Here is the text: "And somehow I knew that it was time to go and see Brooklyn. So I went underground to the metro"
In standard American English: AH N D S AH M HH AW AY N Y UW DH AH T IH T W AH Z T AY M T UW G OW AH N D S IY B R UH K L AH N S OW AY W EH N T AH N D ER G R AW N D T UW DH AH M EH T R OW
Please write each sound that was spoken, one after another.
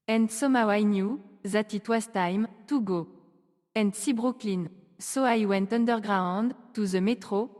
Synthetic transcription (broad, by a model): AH N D S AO M AW AY N Y UW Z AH T IH T W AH S T AY M T UW G OW AH N D S IY B R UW K L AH N S OW AY W EH N T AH N D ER G R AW N D T UW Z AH M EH T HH OW